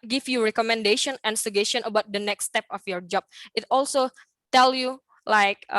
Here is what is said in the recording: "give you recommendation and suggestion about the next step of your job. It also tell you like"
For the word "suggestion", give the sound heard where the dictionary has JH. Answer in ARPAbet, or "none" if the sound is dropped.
none